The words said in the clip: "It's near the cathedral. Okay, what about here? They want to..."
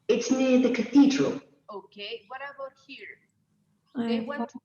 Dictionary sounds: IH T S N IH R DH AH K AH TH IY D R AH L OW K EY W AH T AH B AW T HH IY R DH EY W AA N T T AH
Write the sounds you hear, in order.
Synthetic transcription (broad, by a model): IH T S N IH R DH AH K AH TH IY D R AH L OW K EY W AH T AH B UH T HH IY R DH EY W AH